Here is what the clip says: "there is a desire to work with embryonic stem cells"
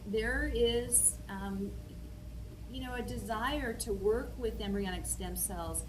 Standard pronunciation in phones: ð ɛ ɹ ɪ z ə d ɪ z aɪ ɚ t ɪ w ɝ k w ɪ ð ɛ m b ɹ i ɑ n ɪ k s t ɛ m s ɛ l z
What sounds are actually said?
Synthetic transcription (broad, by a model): ð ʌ ɹ ɪ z ə d ɪ z aɪ ɚ t ɪ w ɝ k w ɪ ð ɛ m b ɹ i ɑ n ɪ k s t ɛ m s ɛ l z